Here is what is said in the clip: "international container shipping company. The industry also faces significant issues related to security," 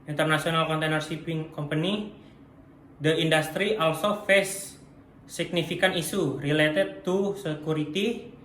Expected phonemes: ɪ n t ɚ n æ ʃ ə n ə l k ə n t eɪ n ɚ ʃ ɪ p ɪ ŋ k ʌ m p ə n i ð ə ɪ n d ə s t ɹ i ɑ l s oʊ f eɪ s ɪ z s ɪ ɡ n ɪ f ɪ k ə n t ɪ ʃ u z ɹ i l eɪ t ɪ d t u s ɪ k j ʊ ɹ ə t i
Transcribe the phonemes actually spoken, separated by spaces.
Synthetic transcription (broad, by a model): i n t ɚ n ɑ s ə n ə l k ə n t eɪ n ɚ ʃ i p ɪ ŋ k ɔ m p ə n i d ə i n d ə s t ɹ i ɑ l s oʊ f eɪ s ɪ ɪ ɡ n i f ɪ k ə n i s u ɹ i l eɪ t ɪ d t u s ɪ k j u ɹ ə t i